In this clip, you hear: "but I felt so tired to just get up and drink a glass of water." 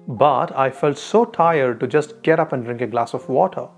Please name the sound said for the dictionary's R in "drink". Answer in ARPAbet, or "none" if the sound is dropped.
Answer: R